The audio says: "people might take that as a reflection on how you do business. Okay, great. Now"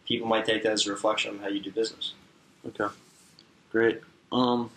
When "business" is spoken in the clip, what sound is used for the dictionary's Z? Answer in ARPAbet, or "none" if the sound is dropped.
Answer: Z